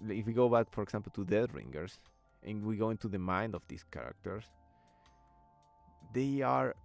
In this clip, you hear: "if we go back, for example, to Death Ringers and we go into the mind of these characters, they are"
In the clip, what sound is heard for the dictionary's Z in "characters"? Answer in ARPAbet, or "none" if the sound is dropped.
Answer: S